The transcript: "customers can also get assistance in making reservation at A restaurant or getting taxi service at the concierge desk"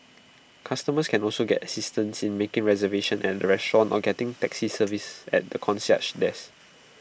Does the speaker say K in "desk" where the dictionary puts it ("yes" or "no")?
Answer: no